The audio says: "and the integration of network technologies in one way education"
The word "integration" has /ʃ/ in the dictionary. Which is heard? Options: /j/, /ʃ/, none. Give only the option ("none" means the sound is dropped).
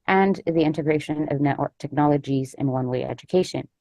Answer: /ʃ/